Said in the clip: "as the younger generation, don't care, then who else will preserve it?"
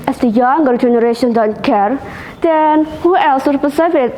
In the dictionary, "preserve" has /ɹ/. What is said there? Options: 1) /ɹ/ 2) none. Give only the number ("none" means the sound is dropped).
2